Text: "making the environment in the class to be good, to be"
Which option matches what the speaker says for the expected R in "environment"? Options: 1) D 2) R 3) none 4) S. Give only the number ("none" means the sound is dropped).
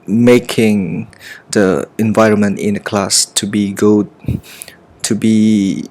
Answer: 2